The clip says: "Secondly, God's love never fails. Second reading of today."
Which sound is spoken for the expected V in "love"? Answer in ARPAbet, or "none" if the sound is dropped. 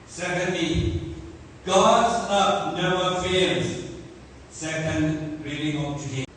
P